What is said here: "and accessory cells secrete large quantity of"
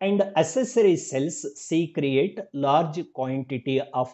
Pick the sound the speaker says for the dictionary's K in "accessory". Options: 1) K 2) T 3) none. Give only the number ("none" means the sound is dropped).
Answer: 3